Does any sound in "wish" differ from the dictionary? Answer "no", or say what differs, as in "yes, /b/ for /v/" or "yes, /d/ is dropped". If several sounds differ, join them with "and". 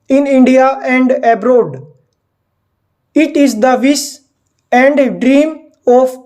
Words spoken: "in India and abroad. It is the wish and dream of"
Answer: yes, /s/ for /ʃ/